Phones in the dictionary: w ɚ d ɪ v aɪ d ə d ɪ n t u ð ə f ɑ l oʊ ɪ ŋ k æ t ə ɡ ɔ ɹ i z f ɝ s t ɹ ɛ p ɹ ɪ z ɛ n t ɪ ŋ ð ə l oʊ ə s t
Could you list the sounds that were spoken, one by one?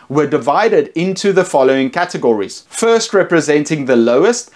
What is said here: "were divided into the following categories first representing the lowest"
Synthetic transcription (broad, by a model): w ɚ d ɪ v aɪ d ə d ɪ n t u ð ə f ɑ l oʊ ɪ ŋ k æ t ə ɡ ɔ ɹ i z f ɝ s t ɹ ɛ p ɹ ɪ z ɛ n t ɪ ŋ ð ə l oʊ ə s t